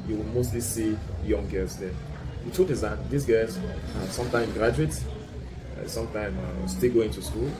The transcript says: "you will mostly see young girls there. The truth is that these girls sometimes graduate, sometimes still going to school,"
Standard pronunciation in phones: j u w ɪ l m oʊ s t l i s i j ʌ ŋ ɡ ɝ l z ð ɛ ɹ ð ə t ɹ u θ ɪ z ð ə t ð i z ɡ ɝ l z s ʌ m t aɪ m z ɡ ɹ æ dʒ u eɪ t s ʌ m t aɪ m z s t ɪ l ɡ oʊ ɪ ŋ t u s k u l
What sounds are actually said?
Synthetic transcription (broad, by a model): j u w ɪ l m oʊ s t l i s i j ʌ ŋ ɡ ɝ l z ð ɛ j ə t u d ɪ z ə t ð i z ɡ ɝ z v s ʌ m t aɪ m ɡ ɹ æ dʒ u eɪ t s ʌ m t aɪ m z s t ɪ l ɡ oʊ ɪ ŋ t u s k u l